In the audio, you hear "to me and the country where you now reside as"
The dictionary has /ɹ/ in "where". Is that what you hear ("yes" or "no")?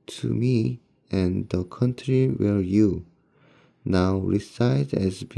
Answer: no